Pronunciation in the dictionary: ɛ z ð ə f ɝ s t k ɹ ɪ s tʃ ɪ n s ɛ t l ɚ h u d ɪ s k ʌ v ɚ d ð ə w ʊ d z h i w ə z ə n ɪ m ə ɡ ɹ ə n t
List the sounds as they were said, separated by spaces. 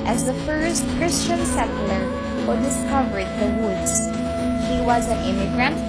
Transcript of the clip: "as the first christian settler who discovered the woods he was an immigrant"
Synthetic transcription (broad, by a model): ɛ z ð ə f ɝ s t k ɹ ɪ s tʃ ɪ n s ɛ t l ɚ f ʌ d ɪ s k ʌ v ɚ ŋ ð ə w ʊ d z h i w ə z ə n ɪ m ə ɡ ɹ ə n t